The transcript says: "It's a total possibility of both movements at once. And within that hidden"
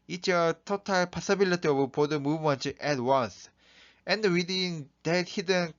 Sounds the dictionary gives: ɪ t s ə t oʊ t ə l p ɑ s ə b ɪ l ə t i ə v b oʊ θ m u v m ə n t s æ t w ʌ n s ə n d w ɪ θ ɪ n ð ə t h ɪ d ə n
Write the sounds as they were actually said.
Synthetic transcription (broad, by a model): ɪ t ə t oʊ t ə l p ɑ s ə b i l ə t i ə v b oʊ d m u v m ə n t æ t w ʌ n s ə n d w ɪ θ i n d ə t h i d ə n